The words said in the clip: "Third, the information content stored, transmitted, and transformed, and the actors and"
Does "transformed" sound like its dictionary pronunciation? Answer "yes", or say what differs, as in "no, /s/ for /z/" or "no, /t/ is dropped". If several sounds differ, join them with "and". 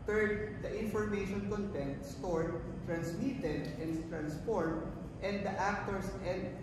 no, /p/ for /f/